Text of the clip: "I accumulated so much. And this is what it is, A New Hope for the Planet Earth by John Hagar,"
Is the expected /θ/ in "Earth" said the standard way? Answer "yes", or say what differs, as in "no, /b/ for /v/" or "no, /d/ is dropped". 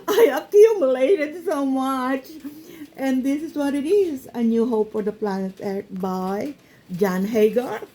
no, /t/ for /θ/